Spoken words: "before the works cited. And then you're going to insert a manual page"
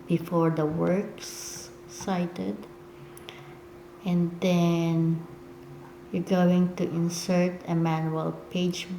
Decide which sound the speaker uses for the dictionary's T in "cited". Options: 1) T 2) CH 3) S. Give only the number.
1